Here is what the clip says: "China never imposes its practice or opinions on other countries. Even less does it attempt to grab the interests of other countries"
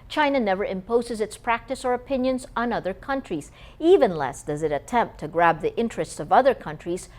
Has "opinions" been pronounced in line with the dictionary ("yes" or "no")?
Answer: yes